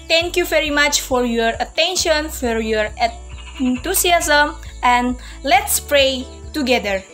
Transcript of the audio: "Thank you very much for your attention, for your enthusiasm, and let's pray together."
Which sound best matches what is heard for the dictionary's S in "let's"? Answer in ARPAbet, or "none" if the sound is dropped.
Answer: S